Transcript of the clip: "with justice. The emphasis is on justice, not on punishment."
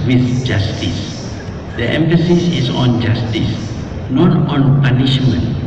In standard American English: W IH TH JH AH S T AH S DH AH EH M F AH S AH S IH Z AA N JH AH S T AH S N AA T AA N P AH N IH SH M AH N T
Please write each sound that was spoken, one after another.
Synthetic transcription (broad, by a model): W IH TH JH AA S T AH S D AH EH M F AH S AH S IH S AA N JH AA S T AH S N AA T AA N P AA N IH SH M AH N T